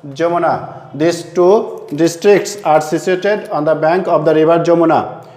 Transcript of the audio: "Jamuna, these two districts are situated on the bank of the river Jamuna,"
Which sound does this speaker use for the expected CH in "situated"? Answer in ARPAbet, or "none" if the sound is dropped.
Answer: S